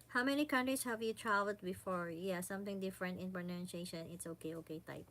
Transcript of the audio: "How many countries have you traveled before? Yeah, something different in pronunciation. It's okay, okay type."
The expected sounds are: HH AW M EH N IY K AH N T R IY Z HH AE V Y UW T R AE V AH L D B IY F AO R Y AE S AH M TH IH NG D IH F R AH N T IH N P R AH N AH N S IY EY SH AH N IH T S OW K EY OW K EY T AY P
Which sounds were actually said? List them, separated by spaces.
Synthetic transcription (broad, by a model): HH AW M EH N IY K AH N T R IY S HH AE V Y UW T R AE V AH L D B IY F AO R Y AE S AH M TH IH NG D IH F R AH N T IH N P R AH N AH N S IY EY SH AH N IH T S OW K EY OW K EY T AY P